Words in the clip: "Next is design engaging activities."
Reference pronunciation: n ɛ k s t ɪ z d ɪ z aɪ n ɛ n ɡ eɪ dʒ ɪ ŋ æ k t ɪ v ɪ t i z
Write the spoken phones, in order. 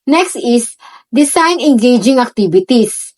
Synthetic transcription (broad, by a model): n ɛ k s t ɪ s d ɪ s aɪ n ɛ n ɡ eɪ dʒ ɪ ŋ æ k t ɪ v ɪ t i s